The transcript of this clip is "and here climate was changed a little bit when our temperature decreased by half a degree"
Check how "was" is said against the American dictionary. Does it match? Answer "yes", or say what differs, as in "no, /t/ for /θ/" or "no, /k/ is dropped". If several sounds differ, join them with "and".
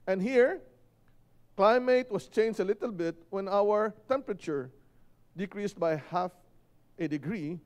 no, /s/ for /z/